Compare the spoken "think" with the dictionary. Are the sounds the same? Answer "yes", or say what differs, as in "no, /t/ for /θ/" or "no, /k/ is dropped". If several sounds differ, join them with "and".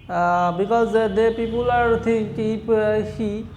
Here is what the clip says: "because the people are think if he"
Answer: no, /t/ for /θ/